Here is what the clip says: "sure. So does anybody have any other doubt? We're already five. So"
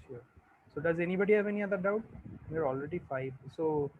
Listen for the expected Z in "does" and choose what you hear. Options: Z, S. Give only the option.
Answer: Z